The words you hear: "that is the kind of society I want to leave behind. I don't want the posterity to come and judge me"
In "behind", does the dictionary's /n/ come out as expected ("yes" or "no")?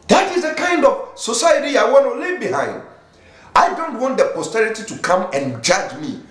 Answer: yes